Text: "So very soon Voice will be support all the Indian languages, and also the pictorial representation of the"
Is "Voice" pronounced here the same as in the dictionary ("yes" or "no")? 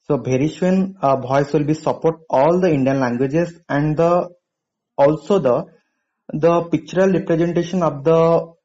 no